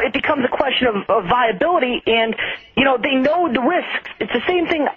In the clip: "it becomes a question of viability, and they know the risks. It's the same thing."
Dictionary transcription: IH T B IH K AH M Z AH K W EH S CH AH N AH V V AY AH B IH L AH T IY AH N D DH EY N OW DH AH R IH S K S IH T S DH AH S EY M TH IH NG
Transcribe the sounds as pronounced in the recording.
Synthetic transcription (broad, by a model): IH T B IH K AH M Z AH K W EH S CH AH N AH V V AY AH B IH L AH T IY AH N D DH EY N OW DH AH R IH S K S IH T S DH AH S EY M TH IH NG